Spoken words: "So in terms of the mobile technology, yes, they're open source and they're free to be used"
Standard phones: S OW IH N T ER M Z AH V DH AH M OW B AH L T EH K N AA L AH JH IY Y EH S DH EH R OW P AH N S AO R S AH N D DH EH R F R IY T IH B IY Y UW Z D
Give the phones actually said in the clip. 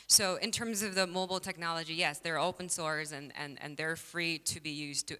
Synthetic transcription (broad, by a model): S OW IH N T ER M Z AH V DH AH M OW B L T EH K N AA L AH JH IY Y EH S DH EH R OW P AH N S AO R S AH N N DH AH R F R IY T IH B IY Y UW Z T